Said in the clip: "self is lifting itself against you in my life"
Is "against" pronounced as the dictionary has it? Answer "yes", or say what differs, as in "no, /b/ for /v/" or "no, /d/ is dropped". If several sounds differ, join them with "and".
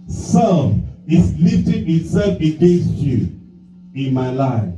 no, /n/ is dropped